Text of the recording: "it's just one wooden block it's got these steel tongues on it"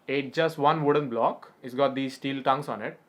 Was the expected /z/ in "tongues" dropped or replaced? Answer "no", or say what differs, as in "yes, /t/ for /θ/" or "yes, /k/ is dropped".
yes, /s/ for /z/